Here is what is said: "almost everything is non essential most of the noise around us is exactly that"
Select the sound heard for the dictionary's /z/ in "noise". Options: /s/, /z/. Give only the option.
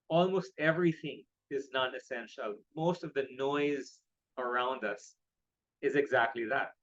/z/